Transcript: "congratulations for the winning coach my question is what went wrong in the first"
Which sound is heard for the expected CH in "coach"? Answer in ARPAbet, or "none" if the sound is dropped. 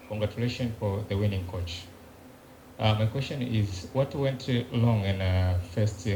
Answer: CH